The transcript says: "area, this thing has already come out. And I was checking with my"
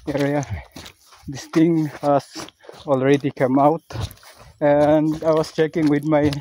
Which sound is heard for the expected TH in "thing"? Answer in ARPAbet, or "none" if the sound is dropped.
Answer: T